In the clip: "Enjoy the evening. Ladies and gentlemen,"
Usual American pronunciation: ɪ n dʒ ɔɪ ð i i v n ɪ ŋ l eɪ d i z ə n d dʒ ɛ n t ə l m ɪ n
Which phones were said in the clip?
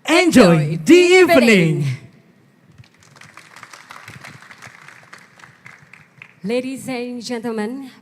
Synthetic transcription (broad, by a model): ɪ n dʒ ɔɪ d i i p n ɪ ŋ l eɪ d i z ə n dʒ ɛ n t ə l m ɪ n